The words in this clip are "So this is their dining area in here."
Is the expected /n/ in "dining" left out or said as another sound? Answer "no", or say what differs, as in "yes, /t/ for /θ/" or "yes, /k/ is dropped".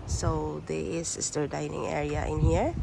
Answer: no